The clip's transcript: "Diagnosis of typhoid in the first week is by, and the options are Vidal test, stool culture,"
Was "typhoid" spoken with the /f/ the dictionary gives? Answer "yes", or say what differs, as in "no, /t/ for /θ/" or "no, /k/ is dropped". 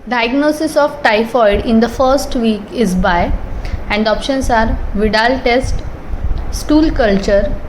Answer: yes